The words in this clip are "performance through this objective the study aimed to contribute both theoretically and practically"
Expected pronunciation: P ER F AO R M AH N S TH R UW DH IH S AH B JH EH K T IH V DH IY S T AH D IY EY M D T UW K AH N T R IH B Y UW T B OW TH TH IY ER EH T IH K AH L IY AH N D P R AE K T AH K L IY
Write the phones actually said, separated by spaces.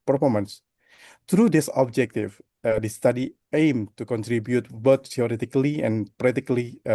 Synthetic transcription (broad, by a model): P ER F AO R M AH N S T R UW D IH S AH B JH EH K T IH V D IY S T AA D IY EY M T UW K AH N T R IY B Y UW T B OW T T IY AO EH T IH K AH L IY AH N P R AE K T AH K L IY